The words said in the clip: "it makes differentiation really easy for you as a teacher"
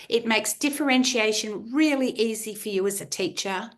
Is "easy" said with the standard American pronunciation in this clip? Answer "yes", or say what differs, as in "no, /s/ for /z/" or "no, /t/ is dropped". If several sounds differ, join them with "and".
yes